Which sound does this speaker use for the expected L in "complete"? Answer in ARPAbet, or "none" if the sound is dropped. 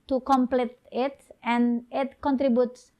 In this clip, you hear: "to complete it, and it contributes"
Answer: L